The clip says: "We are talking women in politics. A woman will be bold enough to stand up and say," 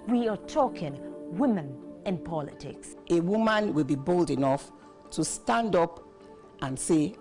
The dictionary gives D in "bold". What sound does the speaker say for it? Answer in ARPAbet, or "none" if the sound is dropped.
D